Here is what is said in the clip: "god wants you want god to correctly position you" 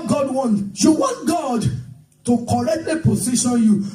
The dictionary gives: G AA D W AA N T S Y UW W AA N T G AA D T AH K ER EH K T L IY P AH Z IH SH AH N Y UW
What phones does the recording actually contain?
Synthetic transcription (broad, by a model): G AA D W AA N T Y UW W AA N T G AA D T AH K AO EH K T L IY P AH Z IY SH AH N Y UW